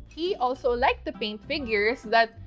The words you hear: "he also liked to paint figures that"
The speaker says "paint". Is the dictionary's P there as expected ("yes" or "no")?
yes